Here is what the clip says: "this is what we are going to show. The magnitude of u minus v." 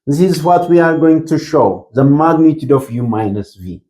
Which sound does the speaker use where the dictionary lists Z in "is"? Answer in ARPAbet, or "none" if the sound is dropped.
Z